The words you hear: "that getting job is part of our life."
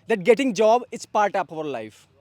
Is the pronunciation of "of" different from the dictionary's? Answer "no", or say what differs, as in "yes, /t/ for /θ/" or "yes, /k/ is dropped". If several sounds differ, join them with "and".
yes, /p/ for /v/